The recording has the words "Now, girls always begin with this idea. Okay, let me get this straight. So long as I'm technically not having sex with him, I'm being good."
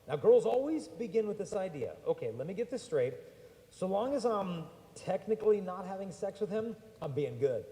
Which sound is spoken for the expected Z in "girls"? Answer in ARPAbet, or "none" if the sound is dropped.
Z